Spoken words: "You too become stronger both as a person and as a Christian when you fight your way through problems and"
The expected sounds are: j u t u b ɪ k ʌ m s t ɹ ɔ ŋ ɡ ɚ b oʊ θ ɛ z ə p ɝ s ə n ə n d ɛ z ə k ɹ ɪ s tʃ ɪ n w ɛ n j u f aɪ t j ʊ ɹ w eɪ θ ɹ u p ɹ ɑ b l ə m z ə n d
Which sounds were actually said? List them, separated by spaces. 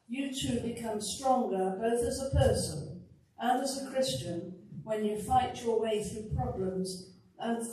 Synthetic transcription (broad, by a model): j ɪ t u b ɪ k ʌ m s t ɹ ɔ ŋ ɡ ɚ b oʊ θ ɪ z ə p ɝ s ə n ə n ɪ z ə k ɹ ɪ s tʃ ɪ n w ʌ n j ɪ f aɪ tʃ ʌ ɹ w eɪ θ ɹ u p ɹ ɑ b l ə m z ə n